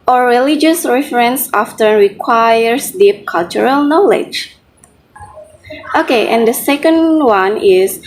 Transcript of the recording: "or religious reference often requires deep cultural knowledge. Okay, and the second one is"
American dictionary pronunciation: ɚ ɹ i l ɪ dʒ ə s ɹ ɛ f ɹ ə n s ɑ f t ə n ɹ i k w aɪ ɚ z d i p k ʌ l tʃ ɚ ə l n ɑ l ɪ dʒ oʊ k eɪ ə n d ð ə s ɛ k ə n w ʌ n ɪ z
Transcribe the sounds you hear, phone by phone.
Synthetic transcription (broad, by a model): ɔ ɹ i l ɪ dʒ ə s ɹ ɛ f ɹ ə n s ɑ f t ə n ɹ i k w aɪ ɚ s d i p k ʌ l tʃ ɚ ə l n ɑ l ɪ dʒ oʊ k eɪ ə n d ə s ɛ k ə n w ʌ n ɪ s